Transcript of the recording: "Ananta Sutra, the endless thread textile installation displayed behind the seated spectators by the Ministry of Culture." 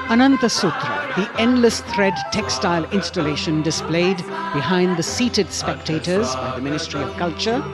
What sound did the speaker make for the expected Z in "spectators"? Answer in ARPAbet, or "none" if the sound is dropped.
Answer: Z